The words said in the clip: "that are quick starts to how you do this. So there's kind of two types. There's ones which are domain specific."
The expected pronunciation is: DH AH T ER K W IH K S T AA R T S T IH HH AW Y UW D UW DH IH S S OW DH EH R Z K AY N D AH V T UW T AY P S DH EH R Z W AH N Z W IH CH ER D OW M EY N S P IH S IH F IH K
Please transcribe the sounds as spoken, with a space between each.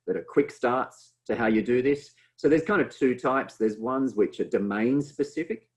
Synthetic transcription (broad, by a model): DH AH T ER K W IH K S T AA R T S T IH HH AW Y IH D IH DH IH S S OW DH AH R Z K AY N D AH V T UW T AY P S DH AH R Z W AH N Z W IH CH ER D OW M EY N S P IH S IH F IH K